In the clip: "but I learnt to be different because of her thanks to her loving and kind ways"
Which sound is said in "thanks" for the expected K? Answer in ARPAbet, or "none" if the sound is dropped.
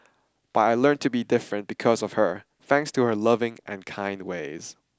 K